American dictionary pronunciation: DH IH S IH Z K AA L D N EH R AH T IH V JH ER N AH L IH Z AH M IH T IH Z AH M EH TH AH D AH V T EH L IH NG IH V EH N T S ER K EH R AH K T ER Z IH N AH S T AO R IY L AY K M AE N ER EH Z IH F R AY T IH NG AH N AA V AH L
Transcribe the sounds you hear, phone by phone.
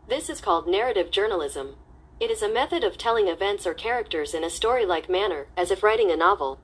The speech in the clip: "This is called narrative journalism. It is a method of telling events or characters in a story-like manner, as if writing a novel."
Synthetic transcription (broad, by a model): DH IH S IH Z K AA L D N EH R AH T IH V JH ER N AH L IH Z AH M IH T IH Z AH M EH TH AH D AH V T EH L IH NG IH V EH N T S ER K EH R AH K T ER Z IH N AH S T AO R IY L AY K M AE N ER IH Z IH F R AY T IH NG AH N AA V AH L